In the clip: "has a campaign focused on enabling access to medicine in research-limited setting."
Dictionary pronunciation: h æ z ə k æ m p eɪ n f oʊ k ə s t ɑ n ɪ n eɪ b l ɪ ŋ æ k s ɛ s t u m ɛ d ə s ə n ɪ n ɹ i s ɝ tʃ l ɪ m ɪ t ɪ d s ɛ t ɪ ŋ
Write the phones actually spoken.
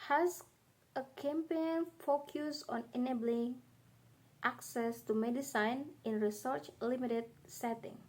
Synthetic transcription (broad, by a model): h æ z ə k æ m p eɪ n f oʊ k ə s ɑ n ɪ n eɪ b l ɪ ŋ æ k s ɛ s t u m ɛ d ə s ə n ɪ n ɹ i s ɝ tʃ l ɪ m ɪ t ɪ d s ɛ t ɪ ŋ